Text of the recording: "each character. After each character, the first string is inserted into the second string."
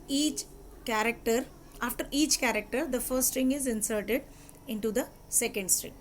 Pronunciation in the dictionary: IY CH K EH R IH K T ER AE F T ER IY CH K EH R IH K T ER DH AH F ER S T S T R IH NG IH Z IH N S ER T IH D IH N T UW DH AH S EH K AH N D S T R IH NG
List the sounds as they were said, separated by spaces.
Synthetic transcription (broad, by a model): IY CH K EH R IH K T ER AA F T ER IY CH K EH R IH K T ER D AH F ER T S T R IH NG IH Z IH N S ER T IH D IH N T UW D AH S EH K AH N D S T R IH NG